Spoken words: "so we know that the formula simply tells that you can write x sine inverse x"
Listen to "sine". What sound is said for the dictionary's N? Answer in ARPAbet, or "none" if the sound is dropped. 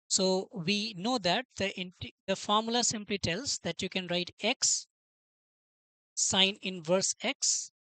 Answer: N